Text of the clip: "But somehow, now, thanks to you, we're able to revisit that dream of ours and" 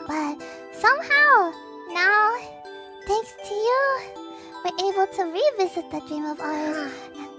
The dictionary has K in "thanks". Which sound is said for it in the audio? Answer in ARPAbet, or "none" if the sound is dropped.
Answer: K